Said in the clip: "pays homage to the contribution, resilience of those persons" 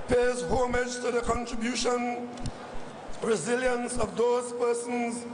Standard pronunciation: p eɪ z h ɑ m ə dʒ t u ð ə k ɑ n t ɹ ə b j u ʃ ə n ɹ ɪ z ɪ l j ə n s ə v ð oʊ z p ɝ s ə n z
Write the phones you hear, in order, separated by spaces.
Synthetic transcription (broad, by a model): p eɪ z h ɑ m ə dʒ t u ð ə k ɑ n t ɹ ə b j u ʃ ə n ɹ ɪ z ɪ l j ə n s ə v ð oʊ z p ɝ s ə n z